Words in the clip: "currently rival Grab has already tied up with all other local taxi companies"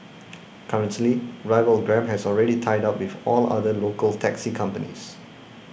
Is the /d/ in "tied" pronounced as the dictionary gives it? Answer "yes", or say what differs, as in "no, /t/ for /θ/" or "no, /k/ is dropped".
yes